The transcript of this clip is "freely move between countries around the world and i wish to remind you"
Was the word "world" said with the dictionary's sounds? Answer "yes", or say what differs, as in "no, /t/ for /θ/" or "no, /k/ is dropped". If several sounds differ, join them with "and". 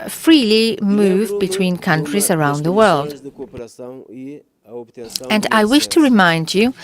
yes